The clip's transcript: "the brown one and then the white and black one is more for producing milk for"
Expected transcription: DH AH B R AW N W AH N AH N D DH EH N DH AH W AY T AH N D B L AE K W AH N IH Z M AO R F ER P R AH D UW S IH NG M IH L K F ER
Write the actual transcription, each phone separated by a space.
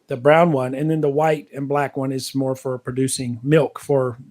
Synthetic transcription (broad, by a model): DH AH B R AW N W AH N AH N DH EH N DH AH W AY T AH N B L AE K W AH N IH Z M AO R F ER P R AH D UW S IH NG M IH L K F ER